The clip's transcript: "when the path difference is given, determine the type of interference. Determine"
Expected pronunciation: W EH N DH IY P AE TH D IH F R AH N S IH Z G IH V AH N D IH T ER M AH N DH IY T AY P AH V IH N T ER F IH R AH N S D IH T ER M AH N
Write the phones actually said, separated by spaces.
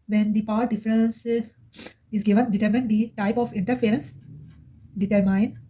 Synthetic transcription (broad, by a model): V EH N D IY P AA T D IH F R AH N S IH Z G IH V AH N D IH T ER M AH N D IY T AY P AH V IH N T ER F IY R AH N S D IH T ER M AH N